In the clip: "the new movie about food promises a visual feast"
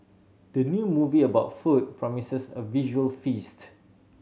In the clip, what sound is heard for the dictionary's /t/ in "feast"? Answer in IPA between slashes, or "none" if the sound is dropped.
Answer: /t/